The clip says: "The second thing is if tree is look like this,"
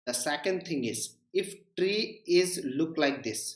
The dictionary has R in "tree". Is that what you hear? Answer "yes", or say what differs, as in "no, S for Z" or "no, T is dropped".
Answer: yes